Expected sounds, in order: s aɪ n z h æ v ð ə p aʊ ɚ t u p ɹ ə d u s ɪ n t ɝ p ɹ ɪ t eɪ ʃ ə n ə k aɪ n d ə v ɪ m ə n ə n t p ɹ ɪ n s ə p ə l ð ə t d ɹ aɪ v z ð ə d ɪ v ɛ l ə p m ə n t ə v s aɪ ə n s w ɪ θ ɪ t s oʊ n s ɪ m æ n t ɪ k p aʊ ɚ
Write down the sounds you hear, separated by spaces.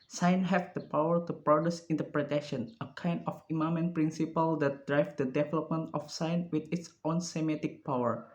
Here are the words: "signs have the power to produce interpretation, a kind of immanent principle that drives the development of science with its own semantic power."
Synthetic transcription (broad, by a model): s aɪ n h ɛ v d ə p aʊ ɚ t u p ɹ ə d u s ɪ n t ɝ p ɹ ɪ t eɪ ʃ ə n ə k aɪ n d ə f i m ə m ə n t p ɹ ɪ n s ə p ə l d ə t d ɹ aɪ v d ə d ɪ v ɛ l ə p m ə n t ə f s aɪ n w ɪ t ɪ t s oʊ n s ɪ m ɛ t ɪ k p aʊ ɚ